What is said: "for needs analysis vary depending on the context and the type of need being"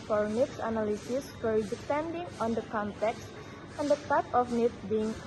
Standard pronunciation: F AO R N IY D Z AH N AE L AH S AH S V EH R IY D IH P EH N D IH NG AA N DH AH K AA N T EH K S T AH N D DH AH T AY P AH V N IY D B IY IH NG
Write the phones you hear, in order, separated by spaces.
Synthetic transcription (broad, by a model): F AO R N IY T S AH N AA L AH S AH S F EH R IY D IH P EH N D IH NG AA N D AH K AA N T EH K S T AH N D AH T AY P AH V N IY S B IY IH NG